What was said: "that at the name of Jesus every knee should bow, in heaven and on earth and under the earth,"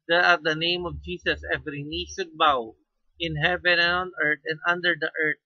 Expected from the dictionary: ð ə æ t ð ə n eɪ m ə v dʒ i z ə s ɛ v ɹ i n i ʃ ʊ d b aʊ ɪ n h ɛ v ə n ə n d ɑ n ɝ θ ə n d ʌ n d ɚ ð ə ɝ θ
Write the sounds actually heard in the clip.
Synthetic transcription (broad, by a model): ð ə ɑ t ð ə n eɪ m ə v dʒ i s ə s ɛ v ɹ i n i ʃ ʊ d b aʊ ɪ n h ɛ v ə n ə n ɑ n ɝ t ə n d ʌ n d ɚ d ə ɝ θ